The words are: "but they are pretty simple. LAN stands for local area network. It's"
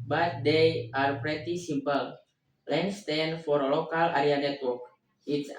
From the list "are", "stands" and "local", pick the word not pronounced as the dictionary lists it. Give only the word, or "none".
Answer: stands